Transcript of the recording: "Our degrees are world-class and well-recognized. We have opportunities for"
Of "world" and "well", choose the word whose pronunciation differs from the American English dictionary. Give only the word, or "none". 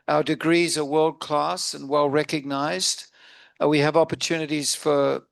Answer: none